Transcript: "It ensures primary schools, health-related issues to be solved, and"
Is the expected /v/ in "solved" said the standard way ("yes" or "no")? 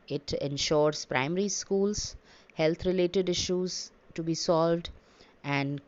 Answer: yes